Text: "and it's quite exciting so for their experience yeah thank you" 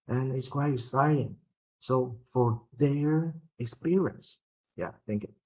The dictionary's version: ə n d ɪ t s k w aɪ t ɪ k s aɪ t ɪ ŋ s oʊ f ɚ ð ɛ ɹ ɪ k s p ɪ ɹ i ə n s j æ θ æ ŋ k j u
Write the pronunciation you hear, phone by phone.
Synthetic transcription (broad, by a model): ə n ɪ t s k w aɪ t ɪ s aɪ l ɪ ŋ s oʊ f ɚ ð ɛ ɹ ɪ k s p ɪ ɹ i ə n s j æ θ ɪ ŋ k